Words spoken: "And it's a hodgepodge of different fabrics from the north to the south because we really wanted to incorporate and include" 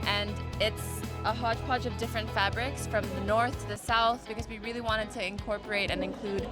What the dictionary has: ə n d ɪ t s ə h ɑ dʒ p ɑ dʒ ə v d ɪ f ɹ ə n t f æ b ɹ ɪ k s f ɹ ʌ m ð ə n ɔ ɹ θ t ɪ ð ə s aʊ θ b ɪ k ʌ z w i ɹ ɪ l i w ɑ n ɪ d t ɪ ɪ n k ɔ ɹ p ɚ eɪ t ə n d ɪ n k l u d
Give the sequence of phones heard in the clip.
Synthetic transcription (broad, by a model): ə n ɪ t s ə h ɑ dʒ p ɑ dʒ ə v d ɪ f ɹ ə n t f æ b ɹ ɪ k s f ɹ ʌ m ð ə n ɔ ɹ θ t ɪ ð ə s aʊ θ b ɪ k ʌ z w i ɹ ɪ l i w ɑ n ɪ d t ɪ ɪ n k ɔ ɹ p ɚ eɪ t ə n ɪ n k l u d